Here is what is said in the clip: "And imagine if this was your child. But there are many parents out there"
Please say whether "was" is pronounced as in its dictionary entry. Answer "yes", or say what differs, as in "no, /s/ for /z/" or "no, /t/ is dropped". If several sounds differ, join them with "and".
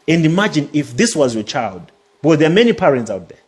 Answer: yes